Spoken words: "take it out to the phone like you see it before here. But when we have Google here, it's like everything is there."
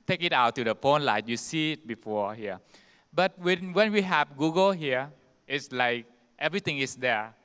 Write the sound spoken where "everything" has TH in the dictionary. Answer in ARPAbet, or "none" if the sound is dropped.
T